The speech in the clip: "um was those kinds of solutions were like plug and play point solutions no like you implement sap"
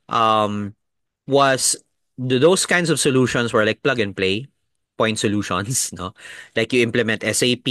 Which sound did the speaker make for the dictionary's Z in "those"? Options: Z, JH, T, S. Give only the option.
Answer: S